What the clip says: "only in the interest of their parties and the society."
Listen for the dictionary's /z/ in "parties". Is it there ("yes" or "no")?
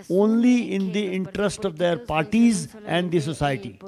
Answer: yes